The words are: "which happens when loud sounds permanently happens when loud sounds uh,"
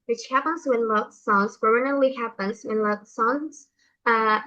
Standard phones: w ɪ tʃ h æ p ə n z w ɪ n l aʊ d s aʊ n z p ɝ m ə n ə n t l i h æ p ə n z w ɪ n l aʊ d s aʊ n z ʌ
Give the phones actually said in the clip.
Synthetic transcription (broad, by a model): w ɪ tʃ h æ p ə n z w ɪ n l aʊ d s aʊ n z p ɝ ə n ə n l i h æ p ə n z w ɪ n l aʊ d s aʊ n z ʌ